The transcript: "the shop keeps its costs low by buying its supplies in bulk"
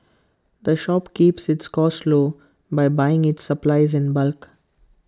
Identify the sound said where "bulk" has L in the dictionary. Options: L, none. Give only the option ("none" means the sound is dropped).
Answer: L